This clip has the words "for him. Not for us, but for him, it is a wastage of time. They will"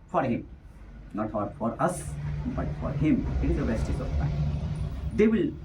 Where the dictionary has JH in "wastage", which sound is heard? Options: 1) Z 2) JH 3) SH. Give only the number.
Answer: 1